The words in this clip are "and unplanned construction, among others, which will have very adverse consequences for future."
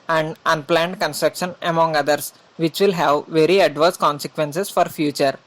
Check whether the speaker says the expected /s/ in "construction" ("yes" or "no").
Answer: yes